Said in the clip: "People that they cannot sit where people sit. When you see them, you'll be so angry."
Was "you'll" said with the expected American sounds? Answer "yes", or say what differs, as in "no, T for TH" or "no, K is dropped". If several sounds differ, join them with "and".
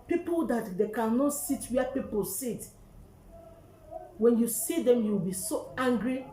no, W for L